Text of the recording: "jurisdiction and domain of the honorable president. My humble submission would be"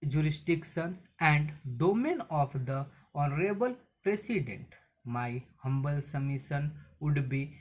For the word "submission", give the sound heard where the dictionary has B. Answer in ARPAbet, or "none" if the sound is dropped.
none